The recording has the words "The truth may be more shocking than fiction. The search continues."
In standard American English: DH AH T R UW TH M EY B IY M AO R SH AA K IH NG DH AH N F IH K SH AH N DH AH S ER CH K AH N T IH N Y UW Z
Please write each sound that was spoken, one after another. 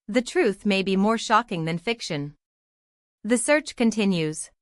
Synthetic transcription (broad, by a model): DH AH T R UW TH M EY B IY M AO R SH AA K IH NG DH AH N F IH K SH AH N DH AH S ER CH K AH N T IH N Y UW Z